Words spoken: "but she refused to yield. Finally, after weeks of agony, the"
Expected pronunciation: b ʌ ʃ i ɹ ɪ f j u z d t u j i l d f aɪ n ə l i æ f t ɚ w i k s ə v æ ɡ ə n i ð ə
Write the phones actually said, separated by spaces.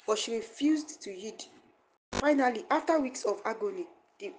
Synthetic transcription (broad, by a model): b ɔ ʃ i ɹ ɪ f j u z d t u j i d f aɪ n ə l i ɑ f t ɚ w i k s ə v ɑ ɡ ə n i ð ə